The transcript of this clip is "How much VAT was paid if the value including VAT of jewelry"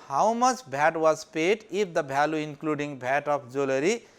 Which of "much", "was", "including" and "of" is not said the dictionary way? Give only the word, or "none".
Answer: of